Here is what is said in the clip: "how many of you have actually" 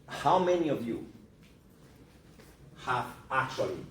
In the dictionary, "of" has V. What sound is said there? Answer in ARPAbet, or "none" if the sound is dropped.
V